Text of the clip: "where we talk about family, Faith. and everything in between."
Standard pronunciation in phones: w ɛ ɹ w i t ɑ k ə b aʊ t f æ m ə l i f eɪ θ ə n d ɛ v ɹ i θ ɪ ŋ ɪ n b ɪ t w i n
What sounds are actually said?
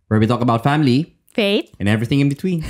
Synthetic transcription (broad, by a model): w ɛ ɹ w i t ɑ k ə b aʊ t f æ m ə l i f eɪ t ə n ɛ v ɹ i θ ɪ ŋ ɪ n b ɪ t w i n